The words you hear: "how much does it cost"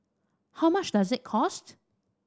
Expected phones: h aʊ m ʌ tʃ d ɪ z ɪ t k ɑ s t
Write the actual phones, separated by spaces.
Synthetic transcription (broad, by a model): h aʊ m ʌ ʃ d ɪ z ɪ t k ɑ s t